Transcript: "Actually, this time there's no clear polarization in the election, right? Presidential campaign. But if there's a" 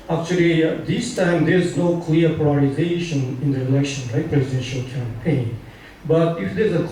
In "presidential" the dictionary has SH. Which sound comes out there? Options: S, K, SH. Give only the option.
SH